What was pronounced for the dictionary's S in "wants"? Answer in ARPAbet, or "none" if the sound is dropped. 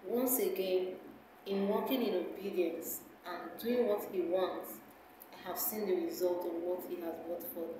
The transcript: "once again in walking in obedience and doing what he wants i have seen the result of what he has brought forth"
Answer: S